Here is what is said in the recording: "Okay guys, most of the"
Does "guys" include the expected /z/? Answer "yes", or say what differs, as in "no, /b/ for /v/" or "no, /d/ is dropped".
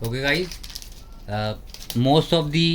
no, /z/ is dropped